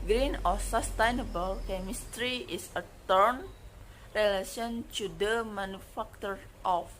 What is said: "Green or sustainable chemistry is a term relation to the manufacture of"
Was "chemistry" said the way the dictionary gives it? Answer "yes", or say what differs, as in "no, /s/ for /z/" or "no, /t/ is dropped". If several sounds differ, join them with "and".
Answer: yes